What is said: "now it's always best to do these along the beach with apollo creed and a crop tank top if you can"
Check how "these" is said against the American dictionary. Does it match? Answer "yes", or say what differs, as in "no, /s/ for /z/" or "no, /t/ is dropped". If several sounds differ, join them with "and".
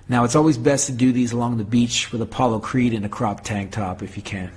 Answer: yes